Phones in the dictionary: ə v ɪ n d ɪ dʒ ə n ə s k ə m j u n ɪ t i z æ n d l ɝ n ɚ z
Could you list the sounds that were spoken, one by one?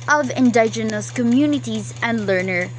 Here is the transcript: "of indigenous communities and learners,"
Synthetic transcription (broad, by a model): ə v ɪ n d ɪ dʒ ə n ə s k ə m j u n ɪ t i z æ n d l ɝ n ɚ